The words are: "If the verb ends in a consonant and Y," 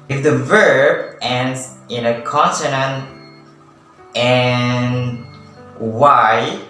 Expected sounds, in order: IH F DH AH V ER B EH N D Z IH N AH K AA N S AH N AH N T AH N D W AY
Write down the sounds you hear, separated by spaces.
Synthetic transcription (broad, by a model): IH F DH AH V ER B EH N D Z IH N AH K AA N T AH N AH N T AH N W AY